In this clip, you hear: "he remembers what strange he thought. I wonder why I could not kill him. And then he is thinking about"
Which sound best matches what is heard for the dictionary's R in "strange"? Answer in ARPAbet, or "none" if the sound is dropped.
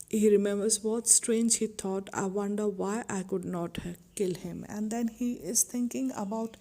R